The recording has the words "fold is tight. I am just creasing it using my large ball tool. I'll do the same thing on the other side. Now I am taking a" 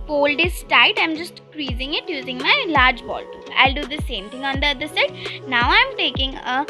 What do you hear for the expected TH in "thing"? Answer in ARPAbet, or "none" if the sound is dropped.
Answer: T